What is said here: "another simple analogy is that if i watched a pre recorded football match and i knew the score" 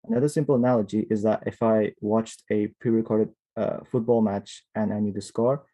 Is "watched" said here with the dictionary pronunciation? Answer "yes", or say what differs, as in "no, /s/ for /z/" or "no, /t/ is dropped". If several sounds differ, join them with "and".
yes